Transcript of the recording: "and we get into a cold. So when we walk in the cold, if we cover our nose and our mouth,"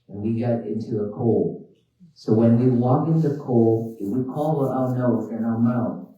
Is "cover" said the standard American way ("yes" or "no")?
no